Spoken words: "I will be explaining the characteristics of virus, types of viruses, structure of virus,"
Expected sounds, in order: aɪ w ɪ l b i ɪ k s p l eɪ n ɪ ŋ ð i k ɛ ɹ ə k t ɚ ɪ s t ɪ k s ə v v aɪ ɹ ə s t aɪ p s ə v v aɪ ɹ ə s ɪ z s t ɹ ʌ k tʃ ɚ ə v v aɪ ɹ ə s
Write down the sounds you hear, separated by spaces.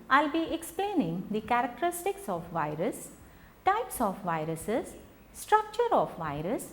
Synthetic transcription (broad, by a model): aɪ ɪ l b i ɪ k s p l eɪ n ɪ ŋ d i k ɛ ɹ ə k t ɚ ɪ s t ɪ k s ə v v aɪ ɹ ə s t aɪ p s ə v v aɪ ɹ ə s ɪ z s t ɹ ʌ k tʃ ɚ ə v v aɪ ɹ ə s